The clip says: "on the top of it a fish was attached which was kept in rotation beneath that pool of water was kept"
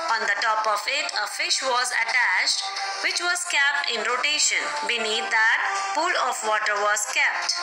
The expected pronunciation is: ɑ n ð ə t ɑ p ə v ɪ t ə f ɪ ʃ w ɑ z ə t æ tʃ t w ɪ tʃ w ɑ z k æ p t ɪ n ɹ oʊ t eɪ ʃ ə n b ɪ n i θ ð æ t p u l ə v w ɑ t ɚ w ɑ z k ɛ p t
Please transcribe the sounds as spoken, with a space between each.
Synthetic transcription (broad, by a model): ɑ n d ə t ɑ p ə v ɪ t ə f ɪ ʃ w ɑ z ə t æ tʃ t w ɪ tʃ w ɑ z k æ p t ɪ n ɹ oʊ t eɪ ʃ ə n b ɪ n i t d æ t p u l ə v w ɑ t ɚ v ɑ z k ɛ p t